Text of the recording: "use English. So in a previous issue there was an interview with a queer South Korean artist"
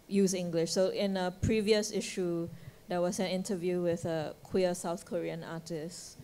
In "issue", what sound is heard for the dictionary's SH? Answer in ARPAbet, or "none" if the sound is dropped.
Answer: SH